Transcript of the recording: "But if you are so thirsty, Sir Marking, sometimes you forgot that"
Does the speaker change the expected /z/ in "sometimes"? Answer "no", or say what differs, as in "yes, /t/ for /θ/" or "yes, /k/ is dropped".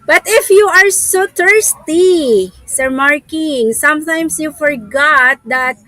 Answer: yes, /s/ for /z/